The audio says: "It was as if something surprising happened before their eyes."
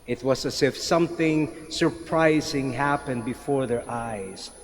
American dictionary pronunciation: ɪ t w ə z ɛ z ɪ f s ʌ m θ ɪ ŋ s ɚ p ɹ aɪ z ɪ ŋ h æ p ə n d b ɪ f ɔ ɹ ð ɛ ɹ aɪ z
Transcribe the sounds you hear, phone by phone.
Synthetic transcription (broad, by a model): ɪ t w ə z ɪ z ɪ f s ʌ m θ ɪ ŋ s ɚ p ɹ aɪ z ɪ ŋ h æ p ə n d b ɪ f ɔ ɹ ð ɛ ɹ aɪ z